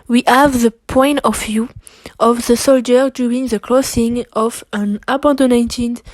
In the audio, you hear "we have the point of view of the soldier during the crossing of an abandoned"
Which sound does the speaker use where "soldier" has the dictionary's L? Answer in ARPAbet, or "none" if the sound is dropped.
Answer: L